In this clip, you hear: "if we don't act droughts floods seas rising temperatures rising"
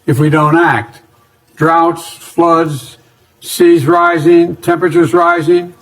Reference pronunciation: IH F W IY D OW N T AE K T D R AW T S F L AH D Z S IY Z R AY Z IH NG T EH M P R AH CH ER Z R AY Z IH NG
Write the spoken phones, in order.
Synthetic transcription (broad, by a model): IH F W IY D OW N T AE K T D R AW T S F L AH D Z S IY Z R AY Z IH NG T EH M P R AH CH ER Z R AY Z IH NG